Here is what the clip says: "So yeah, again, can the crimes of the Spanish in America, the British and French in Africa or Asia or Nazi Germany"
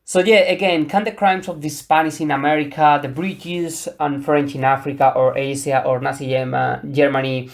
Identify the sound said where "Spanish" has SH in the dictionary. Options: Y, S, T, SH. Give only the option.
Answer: S